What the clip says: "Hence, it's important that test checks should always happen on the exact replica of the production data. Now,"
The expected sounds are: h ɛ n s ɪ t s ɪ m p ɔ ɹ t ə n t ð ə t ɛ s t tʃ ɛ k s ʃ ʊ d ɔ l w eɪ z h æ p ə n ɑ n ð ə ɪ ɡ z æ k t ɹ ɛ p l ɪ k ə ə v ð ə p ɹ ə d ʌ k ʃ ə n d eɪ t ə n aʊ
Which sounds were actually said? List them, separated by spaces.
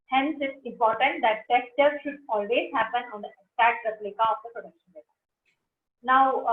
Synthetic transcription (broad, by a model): h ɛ n s ɪ t s ɪ m p ɔ ɹ t ə n t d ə t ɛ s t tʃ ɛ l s ʃ ʊ d ɔ l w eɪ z h æ p ə n ɑ n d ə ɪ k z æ t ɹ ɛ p l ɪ k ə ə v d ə p ɹ ə d ʌ k ʃ ə n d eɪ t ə n aʊ